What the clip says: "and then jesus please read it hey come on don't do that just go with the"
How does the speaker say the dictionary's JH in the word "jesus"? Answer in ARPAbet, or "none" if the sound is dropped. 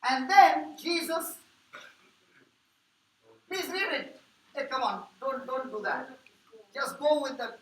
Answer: JH